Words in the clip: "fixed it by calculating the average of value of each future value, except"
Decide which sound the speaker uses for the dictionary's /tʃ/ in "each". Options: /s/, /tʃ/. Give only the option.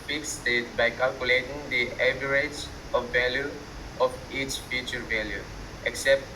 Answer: /tʃ/